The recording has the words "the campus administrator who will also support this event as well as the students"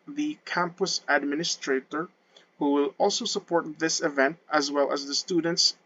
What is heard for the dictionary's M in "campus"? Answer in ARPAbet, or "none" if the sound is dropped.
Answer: M